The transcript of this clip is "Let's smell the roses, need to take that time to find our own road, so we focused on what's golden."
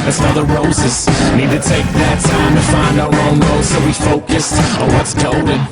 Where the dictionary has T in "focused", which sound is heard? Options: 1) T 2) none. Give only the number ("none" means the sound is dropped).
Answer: 1